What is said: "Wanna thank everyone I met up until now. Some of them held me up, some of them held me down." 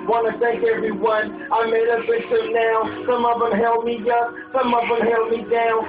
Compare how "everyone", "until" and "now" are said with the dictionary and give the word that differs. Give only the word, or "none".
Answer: until